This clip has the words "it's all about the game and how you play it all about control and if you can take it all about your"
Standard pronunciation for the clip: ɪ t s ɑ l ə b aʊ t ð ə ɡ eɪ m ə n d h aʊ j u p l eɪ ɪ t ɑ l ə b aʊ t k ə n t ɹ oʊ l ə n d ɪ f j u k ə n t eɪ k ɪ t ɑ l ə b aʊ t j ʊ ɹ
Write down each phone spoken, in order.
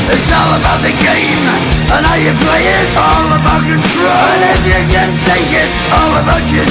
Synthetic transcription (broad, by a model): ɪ t s ɑ l ə b aʊ t ð ə ɡ eɪ m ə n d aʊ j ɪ p l eɪ ɪ t ɑ l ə b aʊ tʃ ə t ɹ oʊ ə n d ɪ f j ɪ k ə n t eɪ k ɪ t ɑ l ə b aʊ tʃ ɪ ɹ